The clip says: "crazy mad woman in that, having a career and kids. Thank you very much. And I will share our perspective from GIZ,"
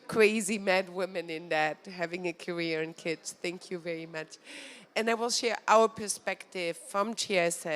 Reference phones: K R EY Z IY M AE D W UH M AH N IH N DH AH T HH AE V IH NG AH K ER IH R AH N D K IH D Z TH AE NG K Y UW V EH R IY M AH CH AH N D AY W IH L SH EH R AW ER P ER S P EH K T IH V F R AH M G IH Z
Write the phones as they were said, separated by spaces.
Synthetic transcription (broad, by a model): K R EY Z IY M AE D W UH M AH N IH N DH AH T HH AE V IH NG AH K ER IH R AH N K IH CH TH AE NG K Y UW V EH R IY M AH CH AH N AY W IH L SH EH R AW ER P ER S P EH K T IH V F R AH M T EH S